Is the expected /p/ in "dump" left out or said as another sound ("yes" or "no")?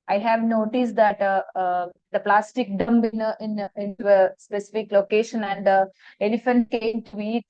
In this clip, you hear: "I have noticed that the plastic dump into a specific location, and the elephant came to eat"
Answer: yes